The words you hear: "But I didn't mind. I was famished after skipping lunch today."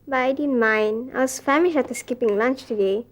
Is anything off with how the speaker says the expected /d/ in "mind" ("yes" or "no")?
yes